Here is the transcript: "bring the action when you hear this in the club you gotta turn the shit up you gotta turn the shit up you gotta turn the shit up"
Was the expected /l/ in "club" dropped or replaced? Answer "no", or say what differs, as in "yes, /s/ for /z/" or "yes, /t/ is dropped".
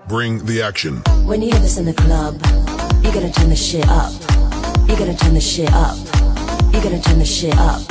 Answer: no